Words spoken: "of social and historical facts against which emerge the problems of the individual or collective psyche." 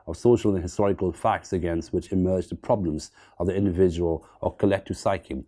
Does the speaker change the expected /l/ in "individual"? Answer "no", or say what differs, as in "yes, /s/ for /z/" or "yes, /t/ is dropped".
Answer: no